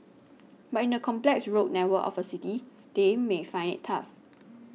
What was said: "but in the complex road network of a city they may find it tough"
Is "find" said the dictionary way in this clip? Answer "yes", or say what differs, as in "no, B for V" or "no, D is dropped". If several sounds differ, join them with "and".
no, D is dropped